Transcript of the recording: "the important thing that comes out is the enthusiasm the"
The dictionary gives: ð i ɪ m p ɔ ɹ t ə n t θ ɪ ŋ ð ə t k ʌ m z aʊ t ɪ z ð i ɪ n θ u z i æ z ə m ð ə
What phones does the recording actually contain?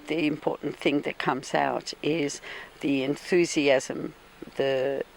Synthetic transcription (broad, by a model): ð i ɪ m p ɔ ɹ t n θ ɪ ŋ ð ə t k ʌ m z aʊ t ɪ z ð i ɪ n θ u z i æ z ə m ð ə